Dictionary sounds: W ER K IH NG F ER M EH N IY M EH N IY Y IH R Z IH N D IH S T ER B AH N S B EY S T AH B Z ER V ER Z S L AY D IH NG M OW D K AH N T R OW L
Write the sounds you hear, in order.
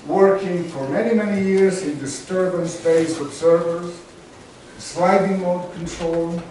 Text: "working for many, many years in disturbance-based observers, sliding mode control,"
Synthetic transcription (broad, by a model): W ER K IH NG F ER M EH N IY M EH N IY Y IH R Z IH N D IH S T ER B AH N S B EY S AH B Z ER V ER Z S L AY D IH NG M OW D K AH N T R OW L